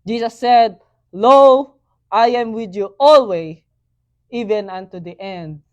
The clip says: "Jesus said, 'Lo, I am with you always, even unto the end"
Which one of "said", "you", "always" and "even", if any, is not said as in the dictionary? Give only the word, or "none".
always